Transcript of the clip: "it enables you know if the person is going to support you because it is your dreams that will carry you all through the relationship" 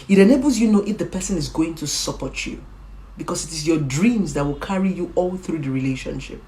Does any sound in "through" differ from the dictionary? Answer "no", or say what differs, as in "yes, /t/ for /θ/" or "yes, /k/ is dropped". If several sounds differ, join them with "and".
no